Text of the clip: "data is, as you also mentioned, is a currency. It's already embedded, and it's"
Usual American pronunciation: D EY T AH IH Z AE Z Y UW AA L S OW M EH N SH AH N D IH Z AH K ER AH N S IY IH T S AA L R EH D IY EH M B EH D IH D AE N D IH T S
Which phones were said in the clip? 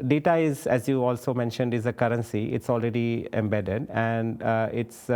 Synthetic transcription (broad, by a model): D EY T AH IH Z AE Z Y UW AA L S OW M EH N SH AH N D IH Z AH K ER AH N S IY IH T S AA L R EH D IY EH M B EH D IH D AE N D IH T S